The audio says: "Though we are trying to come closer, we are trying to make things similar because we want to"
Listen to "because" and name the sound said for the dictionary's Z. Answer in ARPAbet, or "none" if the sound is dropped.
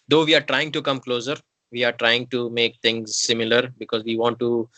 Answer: Z